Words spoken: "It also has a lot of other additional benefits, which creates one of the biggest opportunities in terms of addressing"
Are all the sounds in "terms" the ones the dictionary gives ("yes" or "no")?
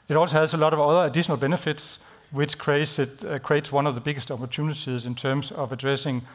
no